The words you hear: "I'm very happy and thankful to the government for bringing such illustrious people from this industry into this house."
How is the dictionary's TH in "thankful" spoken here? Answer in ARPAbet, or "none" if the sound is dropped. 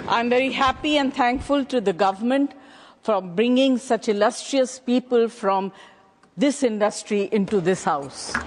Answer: T